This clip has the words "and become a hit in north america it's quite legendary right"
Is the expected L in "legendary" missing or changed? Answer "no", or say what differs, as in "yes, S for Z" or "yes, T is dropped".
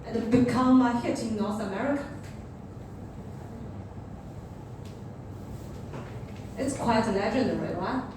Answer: yes, N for L